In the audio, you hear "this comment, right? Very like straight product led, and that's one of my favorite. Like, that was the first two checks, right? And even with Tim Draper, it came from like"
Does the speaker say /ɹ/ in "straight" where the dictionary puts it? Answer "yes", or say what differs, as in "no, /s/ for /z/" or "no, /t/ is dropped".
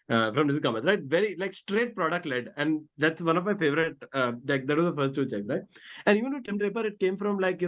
yes